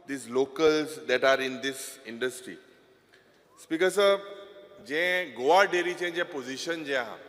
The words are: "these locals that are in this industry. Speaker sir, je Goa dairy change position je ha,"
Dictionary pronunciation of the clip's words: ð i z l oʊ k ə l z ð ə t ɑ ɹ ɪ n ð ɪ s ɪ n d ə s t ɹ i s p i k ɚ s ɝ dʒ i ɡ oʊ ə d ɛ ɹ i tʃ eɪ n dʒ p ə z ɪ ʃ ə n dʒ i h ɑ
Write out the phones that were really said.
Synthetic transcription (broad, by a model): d i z l oʊ k ə l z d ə t ɑ ɹ ɪ n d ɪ s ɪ n d ə s t ɹ i s p i k ɚ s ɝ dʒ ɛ ɡ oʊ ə d ɛ ɹ i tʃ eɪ dʒ p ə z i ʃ ə n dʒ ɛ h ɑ